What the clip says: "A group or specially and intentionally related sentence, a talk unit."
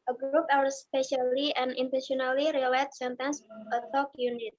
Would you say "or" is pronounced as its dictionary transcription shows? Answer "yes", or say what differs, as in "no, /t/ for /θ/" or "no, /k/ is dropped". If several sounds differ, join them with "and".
no, /w/ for /ɹ/